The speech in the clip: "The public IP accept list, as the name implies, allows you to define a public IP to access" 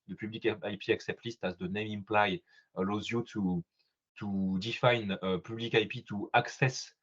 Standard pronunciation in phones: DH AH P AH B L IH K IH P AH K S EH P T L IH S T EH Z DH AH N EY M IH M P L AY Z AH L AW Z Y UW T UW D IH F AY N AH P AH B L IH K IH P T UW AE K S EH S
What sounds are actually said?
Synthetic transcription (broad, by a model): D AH P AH B L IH K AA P AH K S EH P T L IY S T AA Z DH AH N EY M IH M P L AY AH L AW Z Y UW T UW D IH F AY N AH P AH B L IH K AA P T UW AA K S EH S